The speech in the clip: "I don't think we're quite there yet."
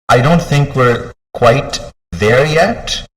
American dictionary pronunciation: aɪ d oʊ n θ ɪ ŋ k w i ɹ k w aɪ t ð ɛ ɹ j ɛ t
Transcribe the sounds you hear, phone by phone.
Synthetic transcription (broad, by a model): aɪ d oʊ n θ ɪ ŋ k w i ɹ k w aɪ t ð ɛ ɹ j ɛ t